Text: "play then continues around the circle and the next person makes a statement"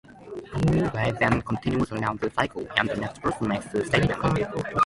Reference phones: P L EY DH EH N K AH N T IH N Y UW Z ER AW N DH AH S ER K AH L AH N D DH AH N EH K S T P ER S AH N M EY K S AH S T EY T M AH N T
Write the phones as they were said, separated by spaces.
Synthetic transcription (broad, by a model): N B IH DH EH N K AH N T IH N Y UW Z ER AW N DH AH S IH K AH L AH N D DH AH N EH K S T P ER S AH N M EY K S AH S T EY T AH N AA